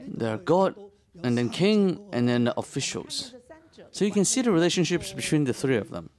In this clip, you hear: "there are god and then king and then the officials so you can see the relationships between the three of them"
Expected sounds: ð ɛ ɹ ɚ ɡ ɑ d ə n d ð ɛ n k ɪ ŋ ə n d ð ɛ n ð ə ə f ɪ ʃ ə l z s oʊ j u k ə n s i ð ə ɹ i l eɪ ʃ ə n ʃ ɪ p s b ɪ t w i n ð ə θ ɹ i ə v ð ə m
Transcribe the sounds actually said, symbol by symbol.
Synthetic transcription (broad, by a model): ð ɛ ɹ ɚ ɡ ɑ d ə n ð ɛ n k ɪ ŋ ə n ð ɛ n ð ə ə f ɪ ʃ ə l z s oʊ j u k ə n s i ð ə ɹ i l eɪ ʃ ə n ʃ ɪ p s b ɪ t w i n ð ə θ ɹ i ə v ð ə m